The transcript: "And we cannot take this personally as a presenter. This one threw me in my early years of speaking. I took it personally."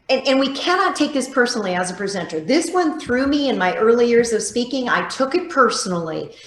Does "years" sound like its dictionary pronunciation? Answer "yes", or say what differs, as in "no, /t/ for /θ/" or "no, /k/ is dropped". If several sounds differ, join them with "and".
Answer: yes